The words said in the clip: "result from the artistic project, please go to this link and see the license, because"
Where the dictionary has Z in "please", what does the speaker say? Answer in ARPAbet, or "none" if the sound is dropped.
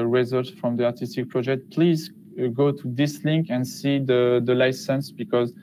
Z